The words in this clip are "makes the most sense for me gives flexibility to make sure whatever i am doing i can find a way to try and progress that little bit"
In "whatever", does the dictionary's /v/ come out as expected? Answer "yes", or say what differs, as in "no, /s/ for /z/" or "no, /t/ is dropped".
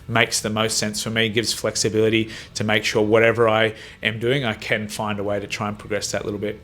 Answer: yes